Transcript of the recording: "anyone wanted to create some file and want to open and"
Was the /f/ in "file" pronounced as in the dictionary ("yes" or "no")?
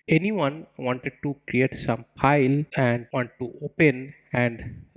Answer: no